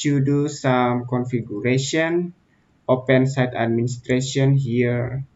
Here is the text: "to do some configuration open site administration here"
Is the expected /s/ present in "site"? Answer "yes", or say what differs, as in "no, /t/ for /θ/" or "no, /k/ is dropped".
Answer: yes